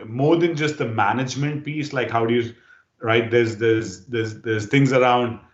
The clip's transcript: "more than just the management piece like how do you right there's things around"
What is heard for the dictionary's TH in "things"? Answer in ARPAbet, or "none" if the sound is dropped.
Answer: T